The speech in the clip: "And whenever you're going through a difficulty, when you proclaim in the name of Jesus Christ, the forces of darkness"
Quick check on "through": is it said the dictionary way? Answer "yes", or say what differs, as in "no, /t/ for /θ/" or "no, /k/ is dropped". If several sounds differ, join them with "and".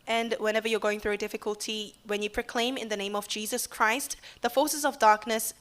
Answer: yes